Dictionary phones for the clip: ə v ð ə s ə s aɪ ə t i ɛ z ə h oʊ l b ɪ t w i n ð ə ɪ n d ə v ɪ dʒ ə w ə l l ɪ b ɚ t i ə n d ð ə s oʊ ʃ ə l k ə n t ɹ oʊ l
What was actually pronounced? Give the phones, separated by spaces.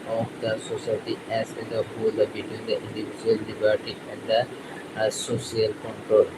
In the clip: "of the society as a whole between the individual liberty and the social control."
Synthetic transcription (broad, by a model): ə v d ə s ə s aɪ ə t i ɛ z ə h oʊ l b ɪ t w i n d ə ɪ n d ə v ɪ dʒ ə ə l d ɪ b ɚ t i ə n d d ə s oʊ s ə l k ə n t ɹ oʊ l